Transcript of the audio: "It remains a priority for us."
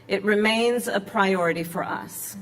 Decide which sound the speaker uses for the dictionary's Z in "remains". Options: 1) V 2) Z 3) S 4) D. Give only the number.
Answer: 2